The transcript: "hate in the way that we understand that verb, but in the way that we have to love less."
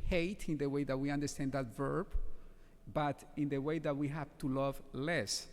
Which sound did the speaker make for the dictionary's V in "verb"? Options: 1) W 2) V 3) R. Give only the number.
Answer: 2